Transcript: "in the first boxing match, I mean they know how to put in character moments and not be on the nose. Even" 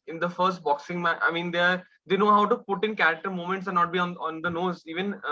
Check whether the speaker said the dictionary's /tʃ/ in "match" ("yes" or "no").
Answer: no